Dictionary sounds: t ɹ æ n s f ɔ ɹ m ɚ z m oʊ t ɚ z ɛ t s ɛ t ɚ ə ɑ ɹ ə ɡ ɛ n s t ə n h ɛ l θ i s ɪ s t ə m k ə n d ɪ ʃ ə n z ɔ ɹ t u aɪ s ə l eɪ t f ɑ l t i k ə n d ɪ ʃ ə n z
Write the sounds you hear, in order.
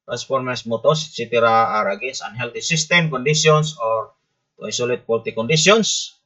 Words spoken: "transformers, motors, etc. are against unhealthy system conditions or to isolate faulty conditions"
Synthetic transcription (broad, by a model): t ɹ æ n s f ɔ ɹ m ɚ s m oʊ t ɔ s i t i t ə ɑ ɹ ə ɡ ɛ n s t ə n h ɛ l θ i s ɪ s t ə m k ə n d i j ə n s ɔ ɹ t u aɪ s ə l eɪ t p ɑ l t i k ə n d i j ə n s